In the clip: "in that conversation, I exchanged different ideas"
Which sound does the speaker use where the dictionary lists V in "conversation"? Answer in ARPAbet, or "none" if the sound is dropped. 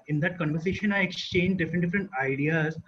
V